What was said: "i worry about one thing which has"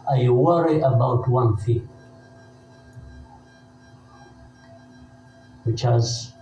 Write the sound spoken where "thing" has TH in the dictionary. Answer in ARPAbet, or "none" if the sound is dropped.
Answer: F